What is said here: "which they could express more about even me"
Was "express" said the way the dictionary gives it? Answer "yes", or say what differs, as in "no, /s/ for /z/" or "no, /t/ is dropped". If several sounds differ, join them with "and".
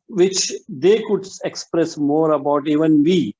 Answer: yes